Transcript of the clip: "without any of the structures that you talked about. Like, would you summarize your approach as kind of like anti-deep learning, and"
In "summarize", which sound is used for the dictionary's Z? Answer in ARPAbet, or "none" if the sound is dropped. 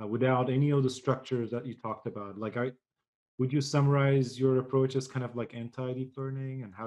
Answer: Z